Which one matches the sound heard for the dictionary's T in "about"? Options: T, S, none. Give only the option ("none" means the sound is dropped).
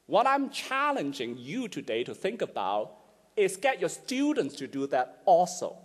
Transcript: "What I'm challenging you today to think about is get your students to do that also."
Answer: T